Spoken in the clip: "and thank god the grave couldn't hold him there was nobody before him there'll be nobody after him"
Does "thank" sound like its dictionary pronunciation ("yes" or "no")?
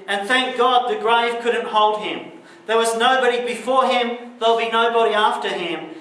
yes